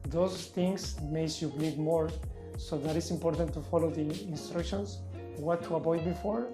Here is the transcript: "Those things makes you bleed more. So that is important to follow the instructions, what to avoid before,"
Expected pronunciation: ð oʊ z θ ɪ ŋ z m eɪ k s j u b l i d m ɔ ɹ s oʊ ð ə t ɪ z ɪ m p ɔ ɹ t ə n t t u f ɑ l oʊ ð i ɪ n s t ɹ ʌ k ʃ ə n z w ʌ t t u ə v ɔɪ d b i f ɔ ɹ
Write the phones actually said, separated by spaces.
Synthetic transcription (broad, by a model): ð oʊ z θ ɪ ŋ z m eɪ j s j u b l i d m ɔ ɹ s oʊ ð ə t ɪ s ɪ m p ɔ ɹ t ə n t t u f ɑ l oʊ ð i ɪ n s t ɹ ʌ k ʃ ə n s w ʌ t t u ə b ɔɪ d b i f ɔ ɹ